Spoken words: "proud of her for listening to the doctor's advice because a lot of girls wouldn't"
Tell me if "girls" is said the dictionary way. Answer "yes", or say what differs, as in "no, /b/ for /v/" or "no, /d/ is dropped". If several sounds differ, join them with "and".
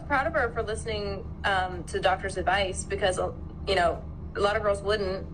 yes